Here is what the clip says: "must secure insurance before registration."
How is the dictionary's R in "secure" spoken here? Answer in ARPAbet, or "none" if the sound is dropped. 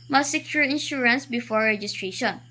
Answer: L